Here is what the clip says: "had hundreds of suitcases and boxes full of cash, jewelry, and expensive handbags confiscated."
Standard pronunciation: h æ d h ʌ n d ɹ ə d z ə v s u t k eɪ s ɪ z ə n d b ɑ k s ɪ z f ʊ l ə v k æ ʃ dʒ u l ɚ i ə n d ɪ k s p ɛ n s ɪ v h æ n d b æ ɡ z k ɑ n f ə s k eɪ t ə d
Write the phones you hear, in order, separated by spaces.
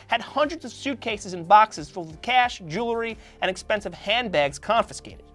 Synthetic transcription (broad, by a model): h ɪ d h ʌ n d ɹ ə d z ə v s u t k eɪ s ɪ z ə n b ɑ k s ɪ z f ʊ l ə k æ ʃ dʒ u l ɚ i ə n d ɪ k s p ɛ n s ɪ v h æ n b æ ɡ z k ɑ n f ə s k eɪ t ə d